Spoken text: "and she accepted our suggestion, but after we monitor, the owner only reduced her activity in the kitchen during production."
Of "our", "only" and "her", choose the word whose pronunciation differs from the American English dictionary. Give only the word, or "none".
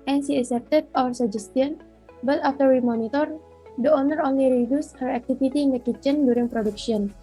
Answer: none